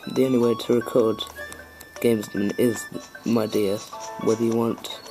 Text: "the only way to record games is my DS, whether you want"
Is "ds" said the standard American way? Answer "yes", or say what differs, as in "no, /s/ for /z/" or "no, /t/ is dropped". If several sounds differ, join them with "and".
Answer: no, /s/ is dropped